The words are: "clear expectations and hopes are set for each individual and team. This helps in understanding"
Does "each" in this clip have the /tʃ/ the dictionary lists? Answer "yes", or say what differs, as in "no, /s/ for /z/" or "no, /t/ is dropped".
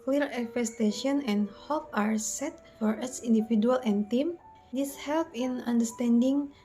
no, /s/ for /tʃ/